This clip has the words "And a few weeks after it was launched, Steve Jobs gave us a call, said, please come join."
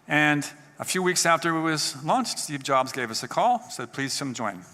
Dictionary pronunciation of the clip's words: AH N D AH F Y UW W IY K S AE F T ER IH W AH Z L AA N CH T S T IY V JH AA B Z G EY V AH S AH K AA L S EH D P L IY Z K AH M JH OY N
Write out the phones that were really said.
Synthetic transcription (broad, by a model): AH N AH F Y UW W IY K S AE F T ER IH W AH Z L AA N CH T S T IY V JH AA B Z G EY V AH S AH K AA L S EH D P L IY Z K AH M JH OY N